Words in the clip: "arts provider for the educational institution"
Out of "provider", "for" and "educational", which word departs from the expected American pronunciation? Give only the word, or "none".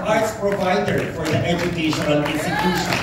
educational